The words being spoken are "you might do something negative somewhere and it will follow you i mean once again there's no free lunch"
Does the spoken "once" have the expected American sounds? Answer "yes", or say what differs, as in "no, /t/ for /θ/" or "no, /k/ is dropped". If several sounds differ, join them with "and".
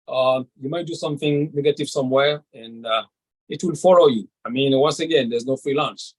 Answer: yes